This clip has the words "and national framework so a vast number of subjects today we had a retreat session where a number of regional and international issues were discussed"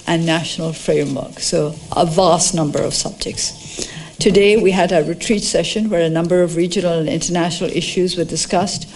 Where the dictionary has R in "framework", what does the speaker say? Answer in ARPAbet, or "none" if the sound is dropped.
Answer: R